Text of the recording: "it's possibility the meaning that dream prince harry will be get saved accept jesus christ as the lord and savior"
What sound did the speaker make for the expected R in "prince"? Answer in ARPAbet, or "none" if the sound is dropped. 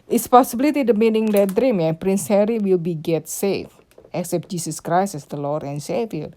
R